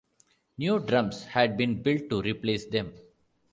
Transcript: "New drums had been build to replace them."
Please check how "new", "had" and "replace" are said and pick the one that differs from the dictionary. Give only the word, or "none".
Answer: none